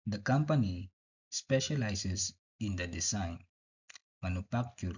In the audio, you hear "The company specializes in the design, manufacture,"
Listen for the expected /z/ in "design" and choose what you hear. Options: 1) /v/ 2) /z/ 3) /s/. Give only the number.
3